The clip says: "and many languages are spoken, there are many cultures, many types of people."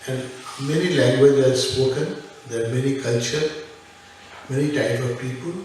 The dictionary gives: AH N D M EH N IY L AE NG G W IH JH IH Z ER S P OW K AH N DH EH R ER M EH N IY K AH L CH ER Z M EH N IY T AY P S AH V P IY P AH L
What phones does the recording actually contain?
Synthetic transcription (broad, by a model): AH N D M EH N IY L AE NG G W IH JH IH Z S P OW K AH N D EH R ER M EH N IY K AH L CH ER M EH N IY T AY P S AH V P IY P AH L